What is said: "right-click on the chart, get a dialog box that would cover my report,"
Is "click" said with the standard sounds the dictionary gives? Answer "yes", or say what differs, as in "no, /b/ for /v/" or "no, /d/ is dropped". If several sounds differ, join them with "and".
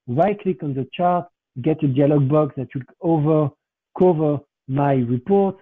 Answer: yes